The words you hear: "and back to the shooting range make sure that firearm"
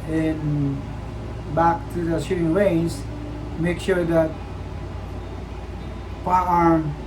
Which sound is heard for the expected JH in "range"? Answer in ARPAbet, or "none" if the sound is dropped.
Z